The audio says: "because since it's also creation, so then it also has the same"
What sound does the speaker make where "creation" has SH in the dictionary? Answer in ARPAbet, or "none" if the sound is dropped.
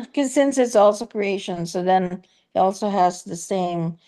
SH